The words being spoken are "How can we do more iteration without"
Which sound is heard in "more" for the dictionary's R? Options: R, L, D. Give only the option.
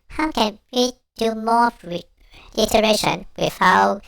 L